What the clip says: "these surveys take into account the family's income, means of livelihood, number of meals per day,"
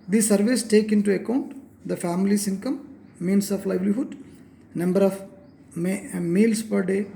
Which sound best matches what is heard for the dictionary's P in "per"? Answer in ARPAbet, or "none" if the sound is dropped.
P